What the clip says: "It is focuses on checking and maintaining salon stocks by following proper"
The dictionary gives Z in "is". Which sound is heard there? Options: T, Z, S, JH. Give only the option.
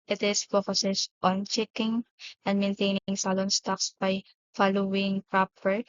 S